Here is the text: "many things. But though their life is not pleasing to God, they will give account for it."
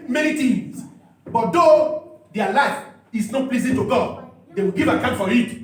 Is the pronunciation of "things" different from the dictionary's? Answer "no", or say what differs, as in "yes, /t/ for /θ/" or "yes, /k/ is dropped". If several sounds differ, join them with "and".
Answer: yes, /t/ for /θ/